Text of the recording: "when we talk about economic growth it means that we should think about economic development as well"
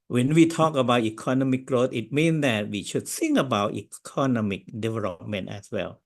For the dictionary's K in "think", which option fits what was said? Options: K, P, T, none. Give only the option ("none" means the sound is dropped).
none